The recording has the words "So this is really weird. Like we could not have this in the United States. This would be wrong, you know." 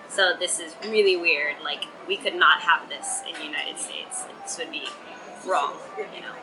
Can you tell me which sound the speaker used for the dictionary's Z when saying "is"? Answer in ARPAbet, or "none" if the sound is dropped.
Z